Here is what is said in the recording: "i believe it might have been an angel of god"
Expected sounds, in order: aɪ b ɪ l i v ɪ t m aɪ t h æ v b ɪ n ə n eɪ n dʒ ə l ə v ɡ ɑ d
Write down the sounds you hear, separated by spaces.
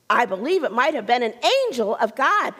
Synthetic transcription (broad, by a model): aɪ b ɪ l i v ɪ t m aɪ t h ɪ v b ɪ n ə n eɪ n dʒ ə l ə v ɡ ɑ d